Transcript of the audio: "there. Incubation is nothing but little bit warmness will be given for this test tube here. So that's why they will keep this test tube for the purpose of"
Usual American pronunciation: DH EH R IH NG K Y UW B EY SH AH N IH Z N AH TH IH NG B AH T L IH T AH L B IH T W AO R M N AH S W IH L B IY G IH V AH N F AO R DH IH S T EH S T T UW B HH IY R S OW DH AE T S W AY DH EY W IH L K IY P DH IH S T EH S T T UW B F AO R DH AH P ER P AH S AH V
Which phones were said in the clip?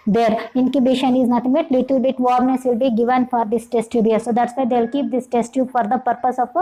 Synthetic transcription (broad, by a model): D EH R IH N K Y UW B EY SH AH N IH Z N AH T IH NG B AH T L IH T AH L B IH T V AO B N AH S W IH L B IY G IH V AH N F AO R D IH S T EH S T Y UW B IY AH S OW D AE T S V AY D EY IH L K IY P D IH S T EH S T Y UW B F AO R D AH P ER P AH S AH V